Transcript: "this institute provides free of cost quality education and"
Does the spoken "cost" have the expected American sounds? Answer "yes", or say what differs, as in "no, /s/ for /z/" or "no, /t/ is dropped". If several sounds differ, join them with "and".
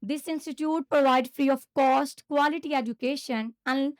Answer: yes